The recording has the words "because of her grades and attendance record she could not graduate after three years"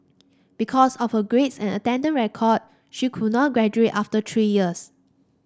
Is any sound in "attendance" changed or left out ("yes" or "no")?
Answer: yes